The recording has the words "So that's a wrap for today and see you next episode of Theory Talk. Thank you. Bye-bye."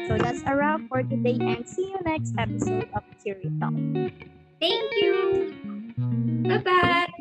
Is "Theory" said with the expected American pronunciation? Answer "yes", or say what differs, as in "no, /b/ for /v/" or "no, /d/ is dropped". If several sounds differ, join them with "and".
no, /t/ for /θ/